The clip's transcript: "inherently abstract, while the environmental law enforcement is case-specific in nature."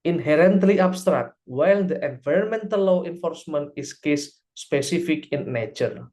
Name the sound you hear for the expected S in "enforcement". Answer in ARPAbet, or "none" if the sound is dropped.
S